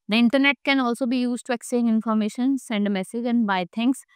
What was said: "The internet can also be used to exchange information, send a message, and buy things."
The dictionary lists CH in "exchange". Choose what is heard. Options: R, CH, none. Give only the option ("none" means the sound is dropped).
none